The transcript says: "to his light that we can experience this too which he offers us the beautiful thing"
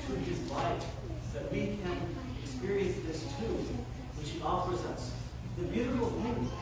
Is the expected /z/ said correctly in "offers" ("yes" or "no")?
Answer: yes